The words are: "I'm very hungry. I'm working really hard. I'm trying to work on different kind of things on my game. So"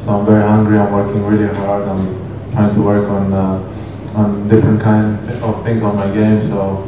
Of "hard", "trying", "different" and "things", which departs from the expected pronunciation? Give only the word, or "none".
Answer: things